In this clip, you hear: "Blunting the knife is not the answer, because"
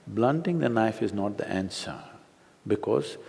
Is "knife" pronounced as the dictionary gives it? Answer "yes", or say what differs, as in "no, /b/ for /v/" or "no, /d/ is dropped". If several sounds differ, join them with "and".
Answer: yes